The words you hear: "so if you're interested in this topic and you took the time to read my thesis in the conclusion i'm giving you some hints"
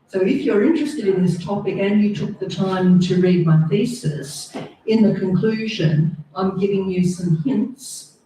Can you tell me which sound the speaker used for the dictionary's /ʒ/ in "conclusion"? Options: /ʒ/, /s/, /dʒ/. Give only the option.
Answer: /ʒ/